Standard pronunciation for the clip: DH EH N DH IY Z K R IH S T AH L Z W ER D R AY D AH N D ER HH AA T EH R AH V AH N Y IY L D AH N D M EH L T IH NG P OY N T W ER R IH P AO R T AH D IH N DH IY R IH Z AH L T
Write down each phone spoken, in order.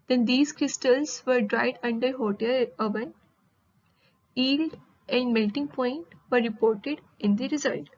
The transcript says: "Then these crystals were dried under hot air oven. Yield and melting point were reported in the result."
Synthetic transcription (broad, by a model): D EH N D IY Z K R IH S T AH L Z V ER D R AY D AH N D ER HH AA T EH L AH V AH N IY L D AH N D M EH L T IH NG P OY N T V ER R IH P AO R T AH D IH N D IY R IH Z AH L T